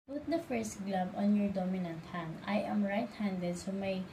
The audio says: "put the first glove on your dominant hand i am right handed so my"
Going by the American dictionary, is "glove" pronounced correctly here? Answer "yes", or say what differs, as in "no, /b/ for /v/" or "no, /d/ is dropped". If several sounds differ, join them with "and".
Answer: no, /b/ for /v/